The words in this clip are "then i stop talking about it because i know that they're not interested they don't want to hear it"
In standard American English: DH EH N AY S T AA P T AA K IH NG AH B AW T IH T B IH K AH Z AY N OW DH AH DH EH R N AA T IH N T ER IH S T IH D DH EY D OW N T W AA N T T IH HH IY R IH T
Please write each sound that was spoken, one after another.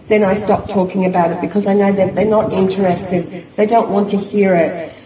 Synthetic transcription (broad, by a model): DH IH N AY S T AA P T AA K IH NG AH B AW T IH T B IH K AH Z AY N OW DH AH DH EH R N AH T IH N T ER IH S T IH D DH EY D OW N T W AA N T T IH HH IY R IH T